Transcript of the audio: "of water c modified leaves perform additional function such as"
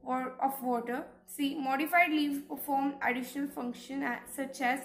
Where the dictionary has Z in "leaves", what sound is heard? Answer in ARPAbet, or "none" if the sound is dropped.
none